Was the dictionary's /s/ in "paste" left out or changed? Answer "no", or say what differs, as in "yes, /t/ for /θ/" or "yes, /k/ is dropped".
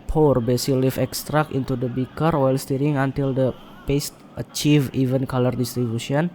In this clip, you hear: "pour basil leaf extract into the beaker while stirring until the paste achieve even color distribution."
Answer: no